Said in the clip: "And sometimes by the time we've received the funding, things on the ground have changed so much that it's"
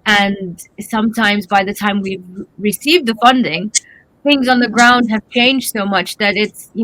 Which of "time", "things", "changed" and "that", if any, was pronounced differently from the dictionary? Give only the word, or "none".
none